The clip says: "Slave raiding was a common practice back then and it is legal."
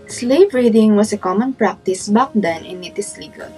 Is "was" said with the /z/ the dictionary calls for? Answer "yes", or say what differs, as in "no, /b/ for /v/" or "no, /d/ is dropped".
no, /s/ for /z/